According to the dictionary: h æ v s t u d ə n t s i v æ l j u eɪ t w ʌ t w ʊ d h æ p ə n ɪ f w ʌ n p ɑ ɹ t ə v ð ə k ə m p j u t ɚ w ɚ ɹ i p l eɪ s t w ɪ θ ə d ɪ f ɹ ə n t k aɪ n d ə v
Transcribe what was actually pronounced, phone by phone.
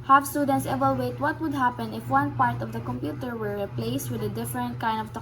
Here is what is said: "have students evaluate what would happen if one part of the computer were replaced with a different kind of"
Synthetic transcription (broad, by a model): h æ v s t u d ə n t s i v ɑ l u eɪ t w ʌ t w ʊ d h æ p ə n ɪ f w ʌ n p ɑ ɹ t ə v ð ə k ə m p j u t ɚ w ɚ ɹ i p l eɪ s t w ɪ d ə d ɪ f ɹ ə n t k aɪ n d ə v